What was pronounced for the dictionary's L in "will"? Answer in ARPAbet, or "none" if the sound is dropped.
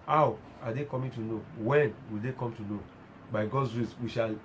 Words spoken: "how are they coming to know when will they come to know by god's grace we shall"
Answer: L